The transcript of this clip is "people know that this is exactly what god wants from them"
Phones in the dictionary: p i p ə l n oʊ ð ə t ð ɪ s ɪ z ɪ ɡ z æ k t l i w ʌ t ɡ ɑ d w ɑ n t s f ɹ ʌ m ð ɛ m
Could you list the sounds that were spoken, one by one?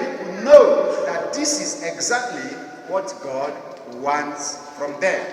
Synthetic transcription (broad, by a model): n oʊ ð ə t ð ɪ s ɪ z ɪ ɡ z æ k t l i w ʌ t ɡ ɑ d w ɑ n t s f ɹ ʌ m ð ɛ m